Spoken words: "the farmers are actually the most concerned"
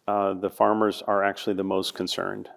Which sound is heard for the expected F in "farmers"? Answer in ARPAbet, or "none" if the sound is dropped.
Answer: F